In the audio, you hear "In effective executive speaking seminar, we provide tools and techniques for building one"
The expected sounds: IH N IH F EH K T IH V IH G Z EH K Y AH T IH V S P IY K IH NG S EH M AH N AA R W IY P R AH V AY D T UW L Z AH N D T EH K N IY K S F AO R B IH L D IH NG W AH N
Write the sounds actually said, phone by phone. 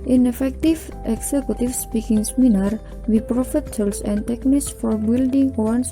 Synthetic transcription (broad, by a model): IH N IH F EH K T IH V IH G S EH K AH T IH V S P IY K IH NG S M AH N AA R W IY P R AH F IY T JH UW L S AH N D T EH K N IY K S F AO R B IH L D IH NG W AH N